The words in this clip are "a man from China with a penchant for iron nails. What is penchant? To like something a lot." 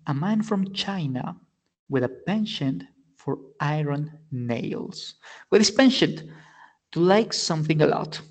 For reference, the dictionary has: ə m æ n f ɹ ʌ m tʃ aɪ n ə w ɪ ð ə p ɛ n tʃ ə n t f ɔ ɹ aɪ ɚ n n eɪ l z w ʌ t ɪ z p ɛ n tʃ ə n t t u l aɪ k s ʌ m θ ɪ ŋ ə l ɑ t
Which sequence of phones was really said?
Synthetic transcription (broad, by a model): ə m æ n f ɹ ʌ m tʃ aɪ n ə w ɪ ð ə p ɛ n ʃ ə n f ɔ ɹ aɪ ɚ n n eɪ l s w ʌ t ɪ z p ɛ n ʃ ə n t t u l aɪ k s ʌ m θ ɪ ŋ ə l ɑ t